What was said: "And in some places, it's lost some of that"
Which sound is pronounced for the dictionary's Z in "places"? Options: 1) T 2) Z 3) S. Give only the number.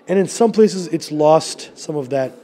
2